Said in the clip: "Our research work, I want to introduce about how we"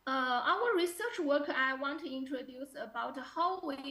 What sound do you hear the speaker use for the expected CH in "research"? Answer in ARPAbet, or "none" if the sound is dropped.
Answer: CH